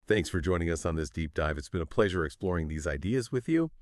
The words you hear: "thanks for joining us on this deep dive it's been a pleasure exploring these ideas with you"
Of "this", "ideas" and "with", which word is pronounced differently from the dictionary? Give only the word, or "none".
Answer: none